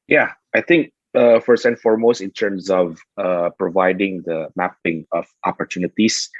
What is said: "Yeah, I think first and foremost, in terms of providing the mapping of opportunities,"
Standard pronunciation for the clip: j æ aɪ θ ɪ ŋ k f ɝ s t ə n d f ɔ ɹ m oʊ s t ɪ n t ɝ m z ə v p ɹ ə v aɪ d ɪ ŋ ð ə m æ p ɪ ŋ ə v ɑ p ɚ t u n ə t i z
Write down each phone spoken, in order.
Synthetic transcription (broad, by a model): j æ aɪ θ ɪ ŋ k f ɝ s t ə n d f ɔ ɹ m oʊ s t ɪ n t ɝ m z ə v p ɹ ə v aɪ d ɪ ŋ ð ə m æ p ɪ ŋ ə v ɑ p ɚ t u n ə t i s